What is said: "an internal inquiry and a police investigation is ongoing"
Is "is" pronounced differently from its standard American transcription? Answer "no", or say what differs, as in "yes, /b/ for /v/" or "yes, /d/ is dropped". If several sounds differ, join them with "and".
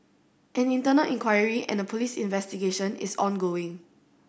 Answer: yes, /s/ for /z/